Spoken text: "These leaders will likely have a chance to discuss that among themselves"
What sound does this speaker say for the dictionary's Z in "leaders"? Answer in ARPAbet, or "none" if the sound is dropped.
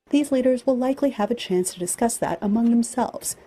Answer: Z